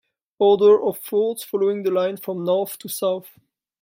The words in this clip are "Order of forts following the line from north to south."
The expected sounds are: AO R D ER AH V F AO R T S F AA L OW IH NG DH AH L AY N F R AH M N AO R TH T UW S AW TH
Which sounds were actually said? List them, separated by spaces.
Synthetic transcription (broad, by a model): AO R D ER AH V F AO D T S F AA L OW IH NG DH AH L AY N F R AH M N AO R TH T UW S AW TH